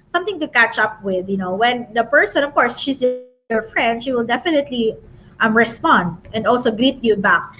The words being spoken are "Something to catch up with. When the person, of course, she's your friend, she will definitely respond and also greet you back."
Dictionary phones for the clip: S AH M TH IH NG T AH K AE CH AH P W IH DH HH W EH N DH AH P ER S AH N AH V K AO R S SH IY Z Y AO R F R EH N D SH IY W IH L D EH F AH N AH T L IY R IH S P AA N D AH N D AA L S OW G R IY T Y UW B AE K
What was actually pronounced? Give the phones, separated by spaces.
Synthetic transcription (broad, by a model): S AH M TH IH NG T AH K AE CH AH P W IH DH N W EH N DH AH P ER S AH N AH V K AO R S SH IY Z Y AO R F R EH N D SH IY W IH L D EH F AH N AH T L IY R IH S P AA N D AH N D AA L S OW G R IY T Y UW B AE K